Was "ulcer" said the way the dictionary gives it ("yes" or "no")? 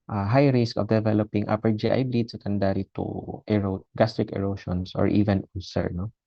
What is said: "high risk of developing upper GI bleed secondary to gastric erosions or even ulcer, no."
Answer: no